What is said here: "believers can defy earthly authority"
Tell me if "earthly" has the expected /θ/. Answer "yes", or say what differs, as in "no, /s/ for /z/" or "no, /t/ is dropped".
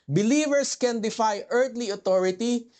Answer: no, /t/ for /θ/